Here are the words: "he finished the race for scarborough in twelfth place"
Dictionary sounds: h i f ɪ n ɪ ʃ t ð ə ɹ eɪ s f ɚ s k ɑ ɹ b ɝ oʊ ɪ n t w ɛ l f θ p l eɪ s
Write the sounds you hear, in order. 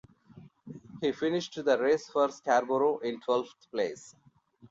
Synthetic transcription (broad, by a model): h i f ɪ n ɪ ʃ t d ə ɹ eɪ s f ɚ s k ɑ ɹ b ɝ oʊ ɪ n t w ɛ l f t p l eɪ s